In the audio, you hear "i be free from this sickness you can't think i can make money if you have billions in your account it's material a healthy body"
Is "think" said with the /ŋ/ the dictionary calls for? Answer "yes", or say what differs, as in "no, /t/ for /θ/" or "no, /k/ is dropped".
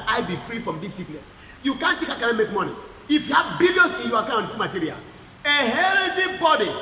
no, /ŋ/ is dropped